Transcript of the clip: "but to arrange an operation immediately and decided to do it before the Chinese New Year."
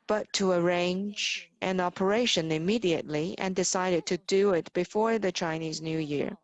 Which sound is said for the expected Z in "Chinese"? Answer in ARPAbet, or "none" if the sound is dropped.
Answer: Z